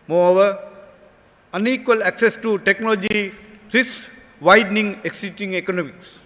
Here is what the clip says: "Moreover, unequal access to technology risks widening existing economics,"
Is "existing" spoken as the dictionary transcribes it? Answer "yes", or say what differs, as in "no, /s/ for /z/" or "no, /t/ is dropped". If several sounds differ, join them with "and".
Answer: no, /s/ is dropped